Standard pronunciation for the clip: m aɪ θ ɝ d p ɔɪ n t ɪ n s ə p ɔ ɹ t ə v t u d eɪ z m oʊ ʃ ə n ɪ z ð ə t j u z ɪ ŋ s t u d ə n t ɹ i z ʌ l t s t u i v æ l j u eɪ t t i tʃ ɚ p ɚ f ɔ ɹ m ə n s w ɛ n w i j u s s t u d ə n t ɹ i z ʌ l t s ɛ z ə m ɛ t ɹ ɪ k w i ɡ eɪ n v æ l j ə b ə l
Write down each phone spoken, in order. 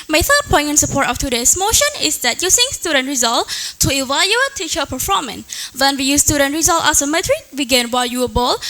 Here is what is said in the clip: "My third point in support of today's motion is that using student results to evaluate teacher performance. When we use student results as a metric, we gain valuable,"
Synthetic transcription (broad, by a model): m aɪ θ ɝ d p ɔɪ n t ɪ n s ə p ɔ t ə f t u d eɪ s m oʊ ʃ ə n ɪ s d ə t j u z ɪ ŋ s t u d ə n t ɹ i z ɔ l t t u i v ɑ j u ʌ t t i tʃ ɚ p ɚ f ɔ m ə n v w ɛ n w i j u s s t u d ə n t ɹ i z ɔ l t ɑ s ə m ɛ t ɹ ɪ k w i ɡ eɪ n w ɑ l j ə b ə l